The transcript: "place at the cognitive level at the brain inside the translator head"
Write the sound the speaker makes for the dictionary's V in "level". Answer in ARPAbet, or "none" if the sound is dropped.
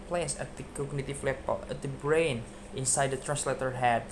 B